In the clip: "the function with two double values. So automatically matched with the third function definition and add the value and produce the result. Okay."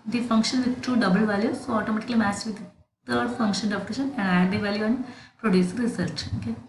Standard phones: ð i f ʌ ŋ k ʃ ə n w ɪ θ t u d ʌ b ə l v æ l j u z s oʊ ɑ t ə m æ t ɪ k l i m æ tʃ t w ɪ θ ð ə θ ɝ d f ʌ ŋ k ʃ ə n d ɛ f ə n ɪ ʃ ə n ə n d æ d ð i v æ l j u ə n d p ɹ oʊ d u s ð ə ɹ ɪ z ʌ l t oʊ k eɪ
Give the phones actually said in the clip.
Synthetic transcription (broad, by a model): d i f ʌ ŋ k ʃ ə n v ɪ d t u d ʌ b ə l v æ l j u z s oʊ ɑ t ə m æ t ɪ k l i m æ s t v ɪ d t ə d d f ʌ ŋ k ʃ ə n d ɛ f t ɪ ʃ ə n ə n d æ d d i v æ l j u ə n d p ɹ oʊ d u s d ɹ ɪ s ʌ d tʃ oʊ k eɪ